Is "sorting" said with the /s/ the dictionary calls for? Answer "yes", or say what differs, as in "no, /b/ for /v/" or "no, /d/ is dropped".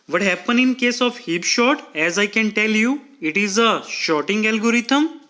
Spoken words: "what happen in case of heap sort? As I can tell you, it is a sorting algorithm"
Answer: no, /ʃ/ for /s/